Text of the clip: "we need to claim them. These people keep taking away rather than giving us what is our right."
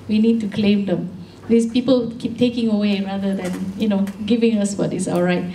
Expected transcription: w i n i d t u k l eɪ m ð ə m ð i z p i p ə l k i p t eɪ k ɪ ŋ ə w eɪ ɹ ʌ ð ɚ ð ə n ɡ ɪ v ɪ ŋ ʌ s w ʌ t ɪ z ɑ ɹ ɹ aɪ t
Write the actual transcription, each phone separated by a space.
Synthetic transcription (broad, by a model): w i n i d t u k l eɪ m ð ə m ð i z p i p ə l k i p t eɪ k ɪ ŋ ə w eɪ ɹ ʌ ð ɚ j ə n ɡ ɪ v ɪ ŋ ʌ s w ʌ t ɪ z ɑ l ɹ aɪ t